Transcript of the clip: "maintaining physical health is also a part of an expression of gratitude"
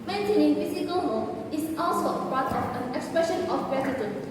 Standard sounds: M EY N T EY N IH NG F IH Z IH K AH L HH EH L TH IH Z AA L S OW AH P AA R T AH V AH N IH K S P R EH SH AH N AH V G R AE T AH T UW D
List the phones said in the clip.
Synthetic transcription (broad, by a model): M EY N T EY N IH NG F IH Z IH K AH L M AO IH S AA L S OW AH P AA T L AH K AH N IH K S P R EH SH AH N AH F G R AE T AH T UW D